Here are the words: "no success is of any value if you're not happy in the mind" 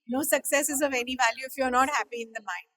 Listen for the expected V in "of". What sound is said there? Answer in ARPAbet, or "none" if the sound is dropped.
V